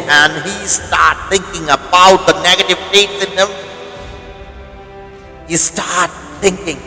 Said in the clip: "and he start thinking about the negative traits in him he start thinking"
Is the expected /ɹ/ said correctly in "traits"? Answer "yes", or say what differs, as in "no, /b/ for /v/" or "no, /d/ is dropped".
no, /ɹ/ is dropped